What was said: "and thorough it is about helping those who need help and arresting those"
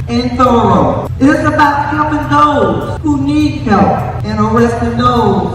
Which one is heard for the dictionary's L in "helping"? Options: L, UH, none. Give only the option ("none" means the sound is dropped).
none